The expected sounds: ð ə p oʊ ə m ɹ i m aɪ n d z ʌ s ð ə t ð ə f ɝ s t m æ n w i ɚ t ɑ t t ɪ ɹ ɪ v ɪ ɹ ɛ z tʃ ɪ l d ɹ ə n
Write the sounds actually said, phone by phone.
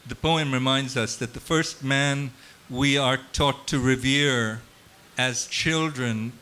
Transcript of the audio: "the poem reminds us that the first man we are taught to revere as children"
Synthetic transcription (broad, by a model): ð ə p oʊ ə m ɹ i m aɪ n d z ʌ s ð ə t ð ə f ɝ s t m æ n w i ɚ t ɑ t t ɪ ɹ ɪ v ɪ ɹ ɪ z tʃ ɪ l d ɹ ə n